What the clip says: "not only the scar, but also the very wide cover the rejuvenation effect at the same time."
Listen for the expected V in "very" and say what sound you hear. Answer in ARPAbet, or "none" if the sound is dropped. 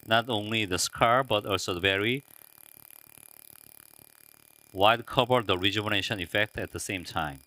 V